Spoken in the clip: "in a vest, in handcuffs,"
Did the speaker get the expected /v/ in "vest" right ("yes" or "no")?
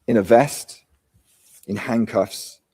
yes